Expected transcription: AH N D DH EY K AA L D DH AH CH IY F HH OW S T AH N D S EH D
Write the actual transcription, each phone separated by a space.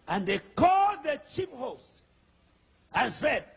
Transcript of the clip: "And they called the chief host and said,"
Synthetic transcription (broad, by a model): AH N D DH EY K AA L D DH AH CH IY P HH OW S T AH N S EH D